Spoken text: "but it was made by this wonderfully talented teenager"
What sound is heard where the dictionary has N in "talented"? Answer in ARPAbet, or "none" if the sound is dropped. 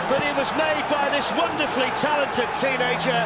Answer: N